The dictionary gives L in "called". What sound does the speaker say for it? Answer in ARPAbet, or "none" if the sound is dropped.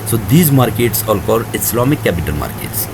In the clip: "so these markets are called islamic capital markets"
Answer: none